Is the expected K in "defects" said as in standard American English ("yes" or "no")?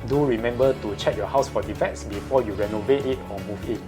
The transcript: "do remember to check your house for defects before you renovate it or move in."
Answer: no